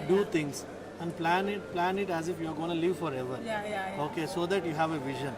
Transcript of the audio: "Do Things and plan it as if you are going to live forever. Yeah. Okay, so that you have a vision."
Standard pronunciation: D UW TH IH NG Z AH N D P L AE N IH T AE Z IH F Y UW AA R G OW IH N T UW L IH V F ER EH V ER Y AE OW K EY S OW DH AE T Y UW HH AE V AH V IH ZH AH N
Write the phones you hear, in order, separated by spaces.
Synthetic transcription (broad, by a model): D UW T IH NG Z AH N D P L AE N IH T AE Z IH F Y UW AA R G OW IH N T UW L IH V F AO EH V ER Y OW K EY S OW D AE T Y UW HH AE V AH V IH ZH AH N